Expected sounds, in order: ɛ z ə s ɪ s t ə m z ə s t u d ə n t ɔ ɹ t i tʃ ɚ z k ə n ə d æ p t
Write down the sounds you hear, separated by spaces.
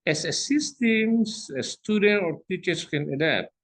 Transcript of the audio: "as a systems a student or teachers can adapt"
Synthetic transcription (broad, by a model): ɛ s ə s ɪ s t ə m s ə s t u d ə n t ɔ ɹ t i tʃ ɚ s k ə n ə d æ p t